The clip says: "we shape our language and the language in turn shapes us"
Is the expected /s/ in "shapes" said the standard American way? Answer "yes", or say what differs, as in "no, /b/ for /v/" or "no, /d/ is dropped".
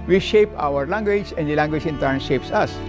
yes